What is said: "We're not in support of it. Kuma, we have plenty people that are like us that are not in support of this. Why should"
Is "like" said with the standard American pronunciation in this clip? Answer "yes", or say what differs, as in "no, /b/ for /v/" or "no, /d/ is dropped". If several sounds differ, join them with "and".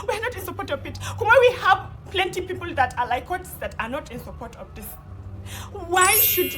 yes